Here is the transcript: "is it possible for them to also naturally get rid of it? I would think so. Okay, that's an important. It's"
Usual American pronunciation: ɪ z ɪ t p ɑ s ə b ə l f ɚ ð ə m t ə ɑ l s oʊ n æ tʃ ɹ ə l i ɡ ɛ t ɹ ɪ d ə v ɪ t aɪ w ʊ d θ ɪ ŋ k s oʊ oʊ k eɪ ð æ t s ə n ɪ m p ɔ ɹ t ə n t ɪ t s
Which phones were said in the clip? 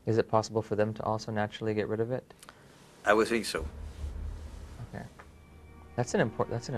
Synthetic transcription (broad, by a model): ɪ z ɪ t p ɑ s ə b l f ɚ ð ə m t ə ɑ l s oʊ n æ tʃ ɹ l i ɡ ɛ t ɹ ɪ d ə v ɪ t aɪ w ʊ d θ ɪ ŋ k s oʊ oʊ k eɪ ð æ t s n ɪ m p ɔ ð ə t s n